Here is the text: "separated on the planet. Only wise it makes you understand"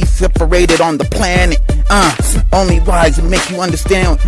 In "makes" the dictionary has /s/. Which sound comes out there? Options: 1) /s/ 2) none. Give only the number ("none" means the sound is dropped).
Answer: 2